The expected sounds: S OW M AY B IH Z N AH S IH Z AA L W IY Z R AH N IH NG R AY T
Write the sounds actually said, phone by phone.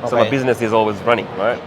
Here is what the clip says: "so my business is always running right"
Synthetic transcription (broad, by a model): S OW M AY B IH Z N AH S IH Z AA L W IY Z R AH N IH NG R AY T